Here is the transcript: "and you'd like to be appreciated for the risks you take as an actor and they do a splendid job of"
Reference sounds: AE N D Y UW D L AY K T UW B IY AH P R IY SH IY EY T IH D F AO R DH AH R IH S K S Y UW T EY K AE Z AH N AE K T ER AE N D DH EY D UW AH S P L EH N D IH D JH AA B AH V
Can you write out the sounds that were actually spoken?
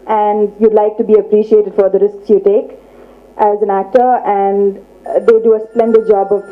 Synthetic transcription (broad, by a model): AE N D Y UW D L AY K T UW B IY AH P R IY SH IY EY T IH D F AO R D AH R IH S K S Y UW T EY K AE Z AH N AE K T ER AE N D EY D UW AH S P L EH N D IH D JH AA B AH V